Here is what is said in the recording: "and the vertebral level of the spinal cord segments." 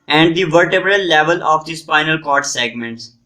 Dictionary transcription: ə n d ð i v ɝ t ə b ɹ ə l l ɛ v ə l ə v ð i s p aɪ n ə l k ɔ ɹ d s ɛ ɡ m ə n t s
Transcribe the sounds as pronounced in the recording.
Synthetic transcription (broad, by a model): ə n d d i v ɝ t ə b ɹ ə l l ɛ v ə l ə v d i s f aɪ n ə l k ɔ ɹ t s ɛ ɡ m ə n t s